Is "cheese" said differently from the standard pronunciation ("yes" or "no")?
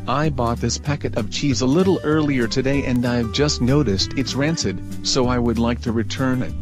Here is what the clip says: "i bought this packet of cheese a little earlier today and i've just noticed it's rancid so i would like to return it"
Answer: no